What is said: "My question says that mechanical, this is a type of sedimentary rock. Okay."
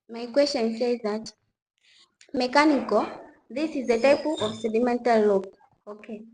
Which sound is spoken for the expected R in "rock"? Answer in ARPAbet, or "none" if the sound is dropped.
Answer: L